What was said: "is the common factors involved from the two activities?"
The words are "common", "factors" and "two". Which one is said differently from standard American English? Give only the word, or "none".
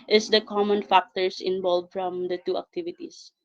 factors